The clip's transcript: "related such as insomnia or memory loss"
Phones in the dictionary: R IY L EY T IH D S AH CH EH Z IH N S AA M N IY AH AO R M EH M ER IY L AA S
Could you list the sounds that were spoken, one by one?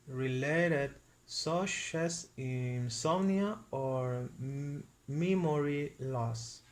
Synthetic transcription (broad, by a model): R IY L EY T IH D S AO SH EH S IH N S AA N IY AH AO R M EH M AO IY L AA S